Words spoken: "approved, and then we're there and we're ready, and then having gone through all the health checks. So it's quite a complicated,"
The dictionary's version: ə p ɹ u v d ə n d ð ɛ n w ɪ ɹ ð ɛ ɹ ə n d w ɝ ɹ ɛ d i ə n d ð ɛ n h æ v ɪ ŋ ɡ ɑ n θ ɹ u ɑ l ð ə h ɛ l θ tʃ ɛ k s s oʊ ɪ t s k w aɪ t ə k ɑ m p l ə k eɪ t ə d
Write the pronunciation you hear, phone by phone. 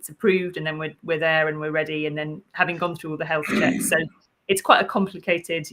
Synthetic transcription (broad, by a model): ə p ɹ u v d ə n ð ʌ n w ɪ w ð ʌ ɹ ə n w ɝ ɹ ɛ d i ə n ð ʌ n h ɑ v ɪ ŋ ɡ ɑ n θ ɹ u ɑ l ð ə h ɛ l θ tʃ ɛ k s s oʊ ɪ t s k w aɪ t ə k ɑ m p l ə k eɪ t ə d